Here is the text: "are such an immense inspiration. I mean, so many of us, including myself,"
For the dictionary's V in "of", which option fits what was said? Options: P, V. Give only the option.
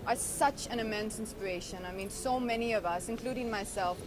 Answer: V